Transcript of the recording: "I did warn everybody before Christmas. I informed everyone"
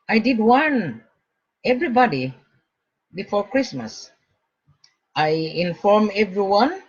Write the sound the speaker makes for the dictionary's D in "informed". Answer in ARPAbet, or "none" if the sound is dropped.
none